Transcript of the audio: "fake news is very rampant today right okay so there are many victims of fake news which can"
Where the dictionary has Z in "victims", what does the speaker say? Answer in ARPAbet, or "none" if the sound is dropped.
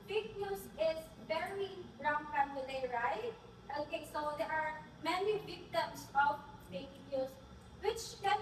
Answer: S